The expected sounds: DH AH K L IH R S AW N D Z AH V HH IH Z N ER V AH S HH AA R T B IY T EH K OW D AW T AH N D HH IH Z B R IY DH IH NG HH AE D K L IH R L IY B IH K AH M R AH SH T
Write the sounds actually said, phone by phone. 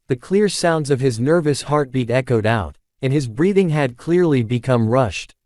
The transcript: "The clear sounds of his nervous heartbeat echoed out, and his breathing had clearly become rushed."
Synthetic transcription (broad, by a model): DH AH K L IH R S AW N D Z AH V IH Z N ER V AH S HH AA R T B IY T EH K OW D AW T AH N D IH Z B R IY DH IH NG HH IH D K L IH R L IY B IH K AH M R AH SH T